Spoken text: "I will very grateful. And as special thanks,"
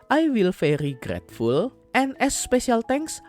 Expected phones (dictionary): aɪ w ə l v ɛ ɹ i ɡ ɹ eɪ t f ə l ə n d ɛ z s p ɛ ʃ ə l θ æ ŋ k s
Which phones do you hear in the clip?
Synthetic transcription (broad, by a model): aɪ w ə l f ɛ ɹ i ɡ ɹ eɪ t f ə l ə n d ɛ s p ɛ ʃ ə l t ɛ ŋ k s